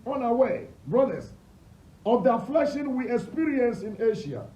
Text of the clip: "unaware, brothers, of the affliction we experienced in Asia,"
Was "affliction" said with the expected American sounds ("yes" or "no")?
no